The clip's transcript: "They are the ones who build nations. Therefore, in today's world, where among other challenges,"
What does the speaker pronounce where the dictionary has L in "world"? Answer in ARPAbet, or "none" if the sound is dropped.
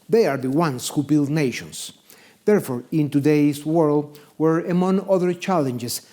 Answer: L